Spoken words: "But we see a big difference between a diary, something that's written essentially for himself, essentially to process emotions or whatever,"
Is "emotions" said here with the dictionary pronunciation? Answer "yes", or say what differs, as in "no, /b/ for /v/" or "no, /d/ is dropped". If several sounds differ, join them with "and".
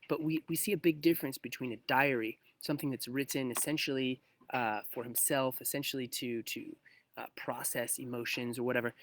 yes